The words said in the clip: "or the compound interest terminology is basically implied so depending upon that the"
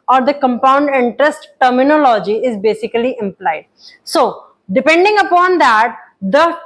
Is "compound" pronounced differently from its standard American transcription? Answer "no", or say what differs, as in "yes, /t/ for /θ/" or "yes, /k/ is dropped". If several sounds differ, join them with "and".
no